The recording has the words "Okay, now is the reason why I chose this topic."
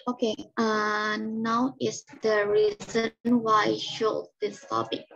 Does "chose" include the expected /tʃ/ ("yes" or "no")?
no